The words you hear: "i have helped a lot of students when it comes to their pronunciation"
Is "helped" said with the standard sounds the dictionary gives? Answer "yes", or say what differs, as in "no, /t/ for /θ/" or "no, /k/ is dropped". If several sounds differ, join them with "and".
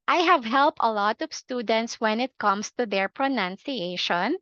yes